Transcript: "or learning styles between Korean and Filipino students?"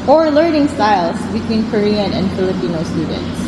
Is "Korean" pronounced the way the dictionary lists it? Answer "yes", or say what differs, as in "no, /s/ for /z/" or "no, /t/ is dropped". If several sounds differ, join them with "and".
yes